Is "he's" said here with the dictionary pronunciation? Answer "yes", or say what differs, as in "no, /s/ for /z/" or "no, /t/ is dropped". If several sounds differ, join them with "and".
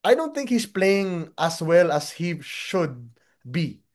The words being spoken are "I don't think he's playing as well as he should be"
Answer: no, /s/ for /z/